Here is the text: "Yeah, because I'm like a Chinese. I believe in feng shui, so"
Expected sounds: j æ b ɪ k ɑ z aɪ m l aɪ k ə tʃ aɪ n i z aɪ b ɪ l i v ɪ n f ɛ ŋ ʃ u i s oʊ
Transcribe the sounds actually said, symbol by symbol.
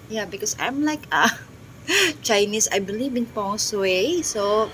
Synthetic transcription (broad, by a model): j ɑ b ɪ k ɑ s aɪ m l aɪ k ə tʃ aɪ n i s aɪ b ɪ l i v ɪ n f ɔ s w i s oʊ